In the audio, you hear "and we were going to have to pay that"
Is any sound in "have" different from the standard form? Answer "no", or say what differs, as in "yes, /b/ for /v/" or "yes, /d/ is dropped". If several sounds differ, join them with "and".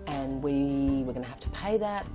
yes, /f/ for /v/